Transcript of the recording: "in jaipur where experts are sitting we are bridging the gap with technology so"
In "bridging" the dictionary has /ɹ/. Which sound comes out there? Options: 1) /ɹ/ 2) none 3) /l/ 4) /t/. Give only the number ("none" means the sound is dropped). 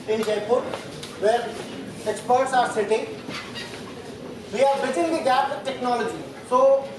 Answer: 2